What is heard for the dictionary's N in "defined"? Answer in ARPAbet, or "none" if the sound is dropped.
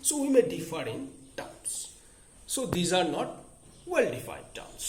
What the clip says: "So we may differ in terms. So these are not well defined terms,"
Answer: none